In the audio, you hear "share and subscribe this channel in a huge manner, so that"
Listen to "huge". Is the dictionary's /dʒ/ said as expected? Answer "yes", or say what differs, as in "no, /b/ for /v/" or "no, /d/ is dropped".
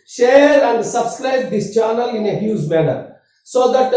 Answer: no, /z/ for /dʒ/